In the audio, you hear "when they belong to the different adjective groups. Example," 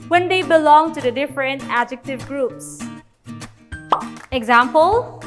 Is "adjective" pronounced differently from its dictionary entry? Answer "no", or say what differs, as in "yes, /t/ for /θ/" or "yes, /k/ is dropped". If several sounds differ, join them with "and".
no